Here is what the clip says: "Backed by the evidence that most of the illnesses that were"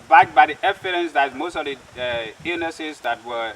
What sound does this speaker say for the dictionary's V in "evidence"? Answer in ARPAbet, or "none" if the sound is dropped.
F